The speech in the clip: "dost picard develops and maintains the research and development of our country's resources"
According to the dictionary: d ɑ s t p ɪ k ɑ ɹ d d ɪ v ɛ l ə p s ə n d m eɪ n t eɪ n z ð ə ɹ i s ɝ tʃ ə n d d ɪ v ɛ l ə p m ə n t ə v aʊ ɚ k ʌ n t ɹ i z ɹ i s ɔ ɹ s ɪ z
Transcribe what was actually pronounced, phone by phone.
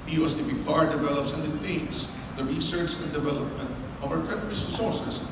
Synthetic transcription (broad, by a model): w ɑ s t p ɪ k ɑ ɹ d d ɪ v ɛ l ə p s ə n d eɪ t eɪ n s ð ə ɹ i s ɝ tʃ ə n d d ɪ v ɛ l ə p m ə n t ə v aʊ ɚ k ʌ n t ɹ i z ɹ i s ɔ ɹ s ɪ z